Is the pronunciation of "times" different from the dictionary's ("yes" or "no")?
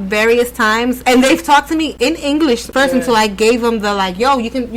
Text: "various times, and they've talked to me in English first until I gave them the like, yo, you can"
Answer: no